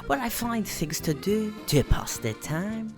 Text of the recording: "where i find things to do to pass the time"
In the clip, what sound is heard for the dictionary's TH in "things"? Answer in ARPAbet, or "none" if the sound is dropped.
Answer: TH